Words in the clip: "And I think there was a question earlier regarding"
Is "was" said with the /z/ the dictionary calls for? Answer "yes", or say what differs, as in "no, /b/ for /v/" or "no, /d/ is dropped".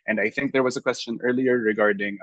yes